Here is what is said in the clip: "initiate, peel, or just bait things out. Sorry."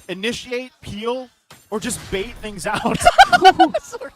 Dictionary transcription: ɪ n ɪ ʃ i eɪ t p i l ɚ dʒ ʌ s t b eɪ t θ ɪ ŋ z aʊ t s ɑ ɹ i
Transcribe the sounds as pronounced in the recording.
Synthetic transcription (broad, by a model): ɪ n ɪ ʃ i eɪ t p i l ɚ dʒ ʌ s b eɪ t θ ɪ ŋ z aʊ t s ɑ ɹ